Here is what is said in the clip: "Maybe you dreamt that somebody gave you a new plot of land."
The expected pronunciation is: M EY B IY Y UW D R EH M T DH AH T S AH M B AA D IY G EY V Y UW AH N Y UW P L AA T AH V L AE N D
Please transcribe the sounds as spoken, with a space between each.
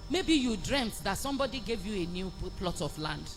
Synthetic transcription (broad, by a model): M EY B IY Y UW D R EH M T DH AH T S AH M B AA D IY G EY V Y UW AH N Y UW P L AA T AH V L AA N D